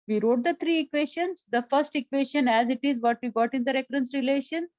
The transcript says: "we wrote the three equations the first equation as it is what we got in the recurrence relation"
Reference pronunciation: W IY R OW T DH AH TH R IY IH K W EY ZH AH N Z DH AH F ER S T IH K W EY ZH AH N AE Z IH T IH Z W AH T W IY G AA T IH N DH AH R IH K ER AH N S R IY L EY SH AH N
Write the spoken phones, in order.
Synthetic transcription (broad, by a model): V IY R OW T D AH T R IY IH K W EY SH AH N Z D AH F ER S T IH K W EY SH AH N AE Z IH T IH Z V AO T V IY G AA T IH N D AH R IH K ER AH N S R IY L EY SH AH N